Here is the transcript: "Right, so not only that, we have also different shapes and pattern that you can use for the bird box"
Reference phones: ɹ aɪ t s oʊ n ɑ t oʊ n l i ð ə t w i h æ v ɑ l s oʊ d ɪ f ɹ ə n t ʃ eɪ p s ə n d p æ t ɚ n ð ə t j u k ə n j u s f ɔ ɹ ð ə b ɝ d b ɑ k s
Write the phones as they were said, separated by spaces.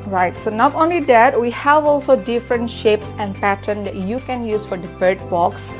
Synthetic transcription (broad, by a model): ɹ aɪ t s oʊ n ɑ t oʊ n l i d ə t w i h æ v ɑ l s oʊ d ɪ f ɹ ə n t ʃ eɪ p s ə n d p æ t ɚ n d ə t j u k ə n j u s f ɔ ɹ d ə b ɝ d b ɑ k s